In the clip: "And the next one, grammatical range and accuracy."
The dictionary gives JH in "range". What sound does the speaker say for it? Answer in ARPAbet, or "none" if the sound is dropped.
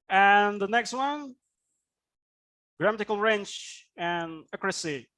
CH